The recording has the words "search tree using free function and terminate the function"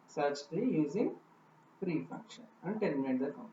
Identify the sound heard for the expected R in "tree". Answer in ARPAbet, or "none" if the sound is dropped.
none